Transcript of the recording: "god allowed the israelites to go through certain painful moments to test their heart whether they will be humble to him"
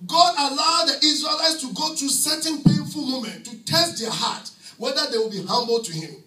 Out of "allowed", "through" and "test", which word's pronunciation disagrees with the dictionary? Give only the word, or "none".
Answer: through